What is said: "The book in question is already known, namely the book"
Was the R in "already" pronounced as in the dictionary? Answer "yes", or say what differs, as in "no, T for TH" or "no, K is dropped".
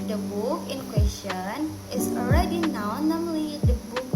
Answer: yes